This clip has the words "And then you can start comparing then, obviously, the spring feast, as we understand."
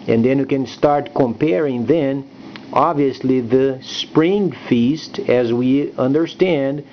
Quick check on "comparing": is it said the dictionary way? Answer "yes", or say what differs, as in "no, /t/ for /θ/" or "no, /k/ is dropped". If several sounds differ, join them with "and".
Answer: yes